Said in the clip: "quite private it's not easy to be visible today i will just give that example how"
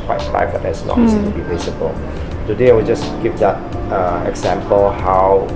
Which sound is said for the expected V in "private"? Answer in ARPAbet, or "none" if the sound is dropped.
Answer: B